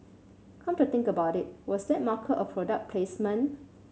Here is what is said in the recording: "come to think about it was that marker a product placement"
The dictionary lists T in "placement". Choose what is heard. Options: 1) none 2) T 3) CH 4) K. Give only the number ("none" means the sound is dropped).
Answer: 1